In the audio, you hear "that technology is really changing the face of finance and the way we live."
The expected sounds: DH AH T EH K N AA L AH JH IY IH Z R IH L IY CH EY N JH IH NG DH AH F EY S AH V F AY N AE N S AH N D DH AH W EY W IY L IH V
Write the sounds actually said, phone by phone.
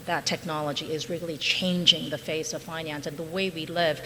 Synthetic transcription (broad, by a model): DH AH T EH K N AA L AH JH IY IH Z R IH L IY CH EY N JH IH NG DH AH F EY S AH V F AY N AE N S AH N DH AH W EY W IY L IH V